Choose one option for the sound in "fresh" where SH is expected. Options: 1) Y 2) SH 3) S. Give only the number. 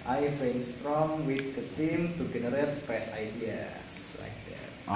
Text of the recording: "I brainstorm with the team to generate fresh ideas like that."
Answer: 3